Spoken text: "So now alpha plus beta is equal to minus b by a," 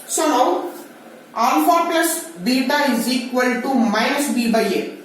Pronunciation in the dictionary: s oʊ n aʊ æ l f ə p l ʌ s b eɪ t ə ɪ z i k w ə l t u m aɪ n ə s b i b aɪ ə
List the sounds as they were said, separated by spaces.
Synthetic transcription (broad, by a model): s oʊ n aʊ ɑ n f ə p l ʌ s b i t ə ɪ z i k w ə l t u m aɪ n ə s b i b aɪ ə